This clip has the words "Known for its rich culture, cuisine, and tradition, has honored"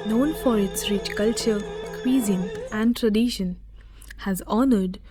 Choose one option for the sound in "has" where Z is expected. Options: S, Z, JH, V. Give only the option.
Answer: Z